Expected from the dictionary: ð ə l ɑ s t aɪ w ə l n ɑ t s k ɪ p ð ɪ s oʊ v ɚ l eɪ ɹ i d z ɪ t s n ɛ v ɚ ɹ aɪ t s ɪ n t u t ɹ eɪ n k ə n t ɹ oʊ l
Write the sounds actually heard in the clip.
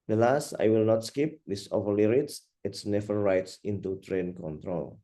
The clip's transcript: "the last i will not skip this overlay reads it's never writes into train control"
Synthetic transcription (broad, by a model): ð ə l ɑ s t aɪ w ə l n ɑ t s k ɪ p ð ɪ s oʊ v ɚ l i ɹ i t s ɪ t s n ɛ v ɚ ɹ aɪ t s ɪ n t u t ɹ eɪ n k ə n t ɹ oʊ l